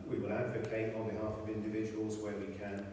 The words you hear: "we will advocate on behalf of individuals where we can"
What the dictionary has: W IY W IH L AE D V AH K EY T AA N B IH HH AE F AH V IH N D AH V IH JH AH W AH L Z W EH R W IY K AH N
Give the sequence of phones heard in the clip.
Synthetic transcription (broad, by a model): W IY W IH L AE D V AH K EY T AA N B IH HH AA F AH V IH N D AH V IH JH AH W AH L Z W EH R W IY K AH N